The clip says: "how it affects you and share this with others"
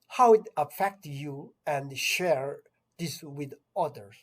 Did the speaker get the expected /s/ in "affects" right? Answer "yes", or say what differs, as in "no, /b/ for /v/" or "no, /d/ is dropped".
no, /s/ is dropped